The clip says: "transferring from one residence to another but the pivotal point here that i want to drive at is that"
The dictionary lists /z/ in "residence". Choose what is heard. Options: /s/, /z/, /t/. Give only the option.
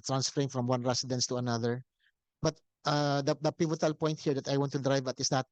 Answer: /s/